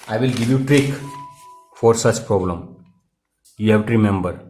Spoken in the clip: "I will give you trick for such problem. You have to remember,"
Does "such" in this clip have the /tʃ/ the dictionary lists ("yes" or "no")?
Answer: yes